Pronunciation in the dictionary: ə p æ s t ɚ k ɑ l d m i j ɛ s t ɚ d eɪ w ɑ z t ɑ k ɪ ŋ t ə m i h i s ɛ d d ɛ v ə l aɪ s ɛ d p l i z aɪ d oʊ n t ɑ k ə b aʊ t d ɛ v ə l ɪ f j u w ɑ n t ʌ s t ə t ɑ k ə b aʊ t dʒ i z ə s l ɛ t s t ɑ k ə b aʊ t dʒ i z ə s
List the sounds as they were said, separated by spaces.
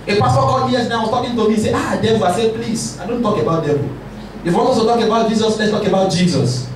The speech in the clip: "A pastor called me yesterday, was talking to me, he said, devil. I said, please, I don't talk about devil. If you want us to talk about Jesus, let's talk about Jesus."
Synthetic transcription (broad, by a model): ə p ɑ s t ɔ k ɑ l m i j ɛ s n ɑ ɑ w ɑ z t ɑ k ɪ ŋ t ə m i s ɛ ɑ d d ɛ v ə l aɪ s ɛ p l i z aɪ d oʊ n t ɑ k ə b aʊ t d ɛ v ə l ɪ f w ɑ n ɔ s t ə t ɑ k ə b aʊ t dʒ i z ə s l ɛ t s t ɑ k ə b aʊ t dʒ i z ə s